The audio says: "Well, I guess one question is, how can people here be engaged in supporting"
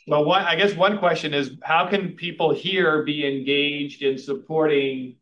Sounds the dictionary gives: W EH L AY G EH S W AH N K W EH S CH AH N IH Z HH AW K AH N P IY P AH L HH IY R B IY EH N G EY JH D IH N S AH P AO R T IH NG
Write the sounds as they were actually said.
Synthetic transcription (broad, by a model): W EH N AY G EH S W AH N K W EH S CH AH N IH Z HH AW K AH N P IY P L HH IY R B IY EH N G EY JH D IH N S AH P AO R T IH NG